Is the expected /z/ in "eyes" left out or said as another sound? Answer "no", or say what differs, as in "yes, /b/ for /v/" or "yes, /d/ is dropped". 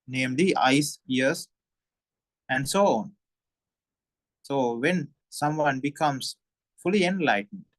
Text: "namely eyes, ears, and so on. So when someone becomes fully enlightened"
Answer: yes, /s/ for /z/